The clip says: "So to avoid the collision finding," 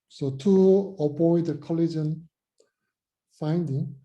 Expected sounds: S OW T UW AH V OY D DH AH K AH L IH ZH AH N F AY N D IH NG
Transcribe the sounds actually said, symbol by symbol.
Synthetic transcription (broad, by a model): S OW T UW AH B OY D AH K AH L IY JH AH N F AY N D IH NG